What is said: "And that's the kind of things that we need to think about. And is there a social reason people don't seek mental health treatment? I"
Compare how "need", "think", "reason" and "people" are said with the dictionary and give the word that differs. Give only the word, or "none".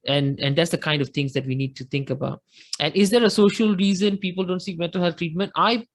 think